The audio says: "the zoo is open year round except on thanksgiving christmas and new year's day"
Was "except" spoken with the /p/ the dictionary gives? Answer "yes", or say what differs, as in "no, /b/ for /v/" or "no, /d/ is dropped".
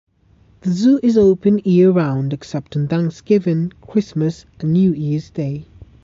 yes